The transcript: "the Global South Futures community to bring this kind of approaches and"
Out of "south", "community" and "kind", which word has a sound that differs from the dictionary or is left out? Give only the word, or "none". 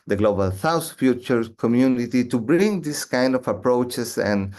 south